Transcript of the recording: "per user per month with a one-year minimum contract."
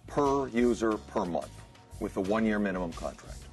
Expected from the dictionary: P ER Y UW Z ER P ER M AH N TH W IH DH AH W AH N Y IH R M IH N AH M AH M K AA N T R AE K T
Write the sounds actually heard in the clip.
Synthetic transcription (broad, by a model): P ER Y UW Z ER P ER M AH N TH W IH DH AH W AH N Y IH R M IH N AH M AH M K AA N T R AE K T